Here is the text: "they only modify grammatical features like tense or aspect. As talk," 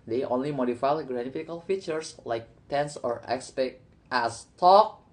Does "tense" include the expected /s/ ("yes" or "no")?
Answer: yes